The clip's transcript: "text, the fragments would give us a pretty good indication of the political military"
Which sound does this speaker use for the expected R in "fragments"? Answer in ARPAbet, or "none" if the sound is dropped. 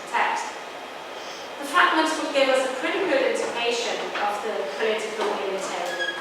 none